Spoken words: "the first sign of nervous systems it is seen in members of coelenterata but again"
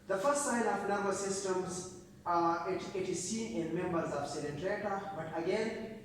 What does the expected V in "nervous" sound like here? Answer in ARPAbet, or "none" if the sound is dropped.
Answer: B